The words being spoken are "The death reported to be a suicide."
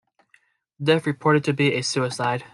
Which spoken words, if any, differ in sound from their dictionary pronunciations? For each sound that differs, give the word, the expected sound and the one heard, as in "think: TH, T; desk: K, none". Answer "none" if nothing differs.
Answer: death: TH, F